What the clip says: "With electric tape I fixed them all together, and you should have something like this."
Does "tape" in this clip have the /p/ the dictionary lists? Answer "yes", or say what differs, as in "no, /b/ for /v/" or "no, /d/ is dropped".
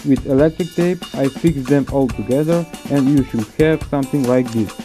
yes